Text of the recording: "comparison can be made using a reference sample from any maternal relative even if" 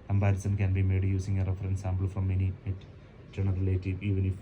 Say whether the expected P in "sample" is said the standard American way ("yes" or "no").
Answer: no